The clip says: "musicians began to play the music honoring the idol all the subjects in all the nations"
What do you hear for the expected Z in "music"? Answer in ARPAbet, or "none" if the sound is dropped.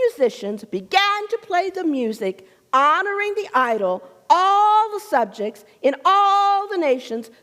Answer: Z